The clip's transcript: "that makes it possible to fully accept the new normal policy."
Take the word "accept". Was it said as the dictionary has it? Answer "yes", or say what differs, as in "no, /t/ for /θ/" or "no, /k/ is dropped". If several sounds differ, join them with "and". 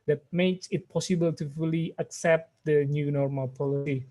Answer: yes